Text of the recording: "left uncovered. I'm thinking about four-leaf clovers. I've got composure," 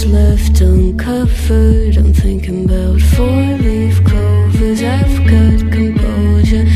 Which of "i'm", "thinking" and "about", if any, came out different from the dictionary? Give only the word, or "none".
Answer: none